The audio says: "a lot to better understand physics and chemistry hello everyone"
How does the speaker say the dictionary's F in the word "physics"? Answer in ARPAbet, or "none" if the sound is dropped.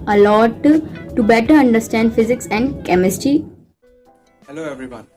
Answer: F